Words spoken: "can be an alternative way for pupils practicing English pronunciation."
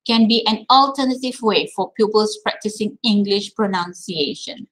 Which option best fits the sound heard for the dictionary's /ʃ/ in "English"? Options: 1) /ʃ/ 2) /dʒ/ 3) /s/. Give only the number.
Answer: 1